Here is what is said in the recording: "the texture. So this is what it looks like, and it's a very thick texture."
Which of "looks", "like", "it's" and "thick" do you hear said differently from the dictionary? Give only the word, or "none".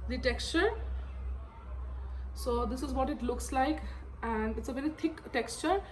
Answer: thick